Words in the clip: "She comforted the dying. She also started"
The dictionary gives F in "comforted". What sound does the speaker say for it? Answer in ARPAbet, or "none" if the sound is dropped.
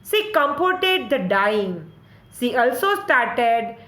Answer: P